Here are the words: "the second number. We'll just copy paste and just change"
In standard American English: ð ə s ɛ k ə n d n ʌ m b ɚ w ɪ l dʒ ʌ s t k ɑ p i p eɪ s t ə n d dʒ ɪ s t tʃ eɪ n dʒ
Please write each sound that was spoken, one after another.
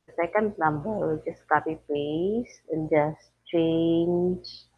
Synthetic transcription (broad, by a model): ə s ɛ k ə n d n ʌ m b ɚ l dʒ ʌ s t k ɑ p i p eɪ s ə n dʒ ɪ s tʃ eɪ n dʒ